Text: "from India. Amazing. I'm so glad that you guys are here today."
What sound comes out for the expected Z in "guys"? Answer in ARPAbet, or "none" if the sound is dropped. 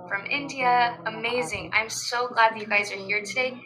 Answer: Z